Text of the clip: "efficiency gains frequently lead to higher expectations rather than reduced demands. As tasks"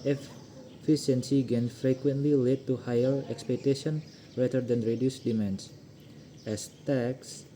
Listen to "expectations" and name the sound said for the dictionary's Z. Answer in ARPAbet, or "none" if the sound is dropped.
none